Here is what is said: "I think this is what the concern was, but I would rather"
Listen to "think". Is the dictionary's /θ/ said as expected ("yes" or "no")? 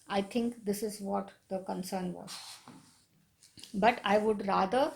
no